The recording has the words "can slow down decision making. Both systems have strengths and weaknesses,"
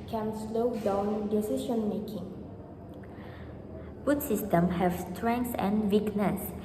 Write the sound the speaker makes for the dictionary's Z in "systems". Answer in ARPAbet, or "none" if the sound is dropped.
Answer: none